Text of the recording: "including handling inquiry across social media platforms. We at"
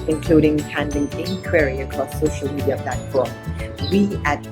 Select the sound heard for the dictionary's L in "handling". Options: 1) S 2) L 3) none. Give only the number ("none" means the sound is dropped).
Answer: 3